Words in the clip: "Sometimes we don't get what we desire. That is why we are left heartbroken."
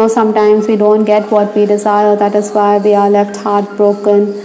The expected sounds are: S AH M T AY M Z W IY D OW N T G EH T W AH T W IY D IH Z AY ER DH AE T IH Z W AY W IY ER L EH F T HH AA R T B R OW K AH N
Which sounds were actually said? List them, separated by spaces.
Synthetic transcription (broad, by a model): S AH M T AY M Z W IY D OW N T G EH T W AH T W IY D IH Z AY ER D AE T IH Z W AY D IY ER L EH F T HH AA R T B R OW K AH N